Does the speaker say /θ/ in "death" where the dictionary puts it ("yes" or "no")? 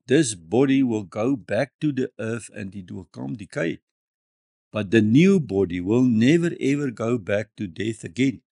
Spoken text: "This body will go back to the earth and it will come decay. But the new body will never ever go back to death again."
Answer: yes